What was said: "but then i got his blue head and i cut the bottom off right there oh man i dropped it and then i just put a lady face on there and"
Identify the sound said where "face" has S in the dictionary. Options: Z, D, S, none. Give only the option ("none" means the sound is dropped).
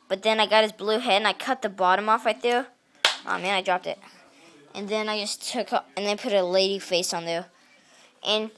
S